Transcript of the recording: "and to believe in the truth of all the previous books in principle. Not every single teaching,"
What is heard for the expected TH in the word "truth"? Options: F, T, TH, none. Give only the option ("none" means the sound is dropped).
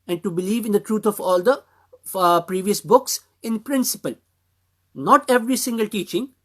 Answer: T